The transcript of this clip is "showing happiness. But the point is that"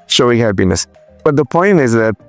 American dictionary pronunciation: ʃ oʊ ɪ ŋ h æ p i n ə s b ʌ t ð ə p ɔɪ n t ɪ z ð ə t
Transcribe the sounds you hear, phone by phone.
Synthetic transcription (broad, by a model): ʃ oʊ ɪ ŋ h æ b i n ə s b ʌ t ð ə p ɔɪ n t ɪ z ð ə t